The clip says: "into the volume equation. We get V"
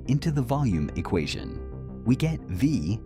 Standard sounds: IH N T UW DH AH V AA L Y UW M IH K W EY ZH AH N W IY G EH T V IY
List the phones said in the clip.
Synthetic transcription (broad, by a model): IH N T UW DH AH V AA L Y UW M IH K W EY ZH AH N W IY G EH T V IY